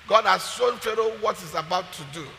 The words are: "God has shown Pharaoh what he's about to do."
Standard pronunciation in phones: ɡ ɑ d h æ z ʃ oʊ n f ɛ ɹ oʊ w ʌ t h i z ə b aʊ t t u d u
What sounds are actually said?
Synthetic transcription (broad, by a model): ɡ ɑ d h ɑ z s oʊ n f ɛ ɹ oʊ w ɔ t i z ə b aʊ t t u d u